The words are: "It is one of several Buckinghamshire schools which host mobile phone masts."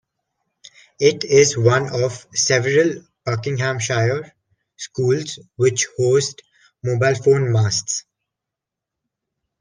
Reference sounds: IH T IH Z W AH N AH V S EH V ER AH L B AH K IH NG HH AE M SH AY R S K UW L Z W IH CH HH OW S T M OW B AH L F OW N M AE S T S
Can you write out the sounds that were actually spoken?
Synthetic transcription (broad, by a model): IH T IH Z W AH N AH V S EH V ER AH L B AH K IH NG HH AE M SH AY R S K UW L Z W IH CH HH OW S T M OW B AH L F OW N M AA S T S